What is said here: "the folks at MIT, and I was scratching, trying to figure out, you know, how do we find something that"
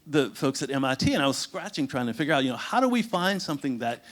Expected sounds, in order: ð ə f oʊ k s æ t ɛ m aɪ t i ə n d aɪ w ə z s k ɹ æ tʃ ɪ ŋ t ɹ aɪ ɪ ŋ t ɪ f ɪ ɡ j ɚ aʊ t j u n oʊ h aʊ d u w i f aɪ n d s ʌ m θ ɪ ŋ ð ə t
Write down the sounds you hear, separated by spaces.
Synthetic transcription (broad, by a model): ð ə f oʊ k s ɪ t ɛ m aɪ t i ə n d aɪ w ə z s k ɹ æ tʃ ɪ ŋ t ɹ aɪ ɪ ŋ t ɪ f ɪ ɡ j ɚ aʊ t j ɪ n oʊ h aʊ d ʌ w i f aɪ n d s ʌ m θ ɪ ŋ ð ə t